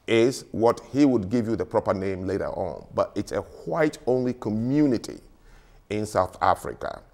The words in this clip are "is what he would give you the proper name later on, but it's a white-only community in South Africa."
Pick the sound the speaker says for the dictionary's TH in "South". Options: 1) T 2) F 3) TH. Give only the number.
3